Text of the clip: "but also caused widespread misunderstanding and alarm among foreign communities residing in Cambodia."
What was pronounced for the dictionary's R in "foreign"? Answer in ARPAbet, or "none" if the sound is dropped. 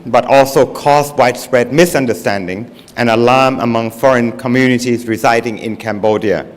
R